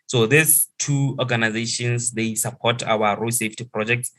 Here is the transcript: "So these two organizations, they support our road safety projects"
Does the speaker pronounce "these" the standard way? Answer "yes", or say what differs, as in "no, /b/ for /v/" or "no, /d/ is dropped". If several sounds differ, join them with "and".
no, /s/ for /z/